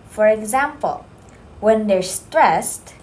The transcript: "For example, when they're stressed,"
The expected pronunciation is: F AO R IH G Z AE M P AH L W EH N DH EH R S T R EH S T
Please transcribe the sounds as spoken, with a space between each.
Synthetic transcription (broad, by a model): F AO R IH G Z AE M P AH L W EH N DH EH R S T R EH S T